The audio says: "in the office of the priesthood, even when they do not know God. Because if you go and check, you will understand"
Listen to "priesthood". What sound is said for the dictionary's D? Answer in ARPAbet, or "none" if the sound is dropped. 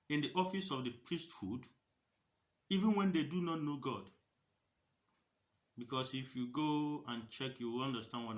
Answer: D